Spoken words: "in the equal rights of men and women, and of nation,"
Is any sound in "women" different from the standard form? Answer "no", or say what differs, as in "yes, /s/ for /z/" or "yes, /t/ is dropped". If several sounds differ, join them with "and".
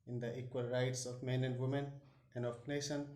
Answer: no